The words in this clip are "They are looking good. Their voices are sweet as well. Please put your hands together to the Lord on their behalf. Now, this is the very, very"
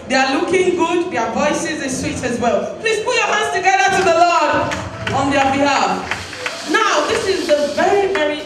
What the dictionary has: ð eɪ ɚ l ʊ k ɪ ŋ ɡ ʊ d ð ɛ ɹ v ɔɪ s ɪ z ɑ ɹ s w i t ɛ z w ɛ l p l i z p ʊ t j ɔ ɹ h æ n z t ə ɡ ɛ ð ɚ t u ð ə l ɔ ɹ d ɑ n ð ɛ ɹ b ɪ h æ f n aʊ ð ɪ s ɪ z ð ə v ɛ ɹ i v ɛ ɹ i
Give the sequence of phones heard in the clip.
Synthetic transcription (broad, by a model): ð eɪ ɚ l ʊ k ɪ ŋ ɡ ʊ d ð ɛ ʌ v ɔɪ s ɪ z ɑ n s w i t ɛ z w ɛ l p l i z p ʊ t j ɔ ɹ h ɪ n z t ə ɡ ɛ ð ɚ t u ð ə l ɔ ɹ d ɑ n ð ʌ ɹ b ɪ h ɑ f n aʊ ð ɪ s ɪ z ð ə v ɛ ɹ i v ɛ ɹ i